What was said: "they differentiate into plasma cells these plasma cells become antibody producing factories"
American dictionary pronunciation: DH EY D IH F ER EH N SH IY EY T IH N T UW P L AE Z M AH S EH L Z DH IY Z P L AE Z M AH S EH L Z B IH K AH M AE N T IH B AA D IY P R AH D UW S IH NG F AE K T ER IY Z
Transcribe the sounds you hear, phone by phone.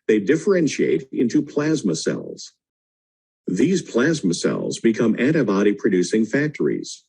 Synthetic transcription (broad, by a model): DH EY D IH F ER EH N SH IY EY T IH N T UW P L AE Z M AH S EH L Z DH IY Z P L AE Z M AH S EH L Z B IH K AH M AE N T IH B AA D IY P R AH D UW S IH NG F AE K T ER IY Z